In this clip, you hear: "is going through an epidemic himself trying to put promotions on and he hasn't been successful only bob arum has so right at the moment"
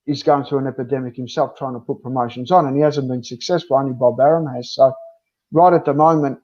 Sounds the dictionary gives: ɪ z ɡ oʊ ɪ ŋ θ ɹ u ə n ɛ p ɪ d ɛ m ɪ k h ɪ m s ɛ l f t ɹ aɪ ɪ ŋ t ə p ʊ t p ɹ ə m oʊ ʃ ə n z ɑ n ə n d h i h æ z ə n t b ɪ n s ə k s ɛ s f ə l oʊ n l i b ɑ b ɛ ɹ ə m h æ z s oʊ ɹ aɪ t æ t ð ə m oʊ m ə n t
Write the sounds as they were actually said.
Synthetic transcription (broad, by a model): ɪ z ɡ oʊ ɪ ŋ θ ɹ u ə n ɛ p ɪ d ɛ m ɪ k h ɪ m s ɛ l f t ɹ aɪ ɪ ŋ t ə p ʊ t p ɹ ə m oʊ ʃ ə n z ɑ n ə n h i h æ z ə n b ɪ n s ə k s ɛ s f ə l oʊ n i b ɑ b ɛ ɹ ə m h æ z s oʊ ɹ aɪ t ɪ t ð ə m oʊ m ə n t